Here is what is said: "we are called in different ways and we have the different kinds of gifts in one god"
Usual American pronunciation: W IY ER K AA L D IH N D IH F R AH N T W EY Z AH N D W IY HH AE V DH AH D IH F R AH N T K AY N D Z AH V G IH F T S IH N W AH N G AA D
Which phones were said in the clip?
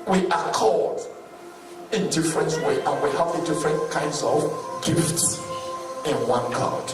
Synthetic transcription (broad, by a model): W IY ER K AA D IH N D IH F R AH N T W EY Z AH N W IY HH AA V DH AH D IH F R AH N T K AY N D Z AH V G IH F T S IH N W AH N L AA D